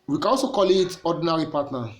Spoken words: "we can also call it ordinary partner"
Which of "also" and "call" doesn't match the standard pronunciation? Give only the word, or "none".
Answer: none